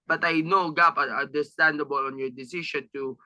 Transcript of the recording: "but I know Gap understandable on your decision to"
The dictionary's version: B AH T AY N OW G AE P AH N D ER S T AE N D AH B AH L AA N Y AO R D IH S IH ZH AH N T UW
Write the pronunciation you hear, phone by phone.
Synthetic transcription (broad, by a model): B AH T AY N OW G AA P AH N D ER S T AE N D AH B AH L AA N Y AO R D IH S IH SH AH N T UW